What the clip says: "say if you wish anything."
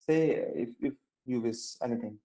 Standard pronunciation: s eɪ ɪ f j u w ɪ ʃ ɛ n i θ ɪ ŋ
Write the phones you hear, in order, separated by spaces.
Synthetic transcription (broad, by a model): s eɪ ɪ f j u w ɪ s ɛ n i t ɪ ŋ